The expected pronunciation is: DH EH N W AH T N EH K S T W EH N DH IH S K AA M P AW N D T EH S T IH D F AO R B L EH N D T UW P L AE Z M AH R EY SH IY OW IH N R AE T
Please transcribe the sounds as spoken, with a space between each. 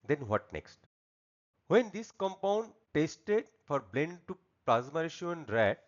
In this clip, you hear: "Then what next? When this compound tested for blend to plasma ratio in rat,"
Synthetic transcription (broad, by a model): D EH N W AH T N EH K S T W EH N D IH S K AA M P AW N D T EH S T IH D F AO R B L EH N D T UW P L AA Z M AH R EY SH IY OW IH N R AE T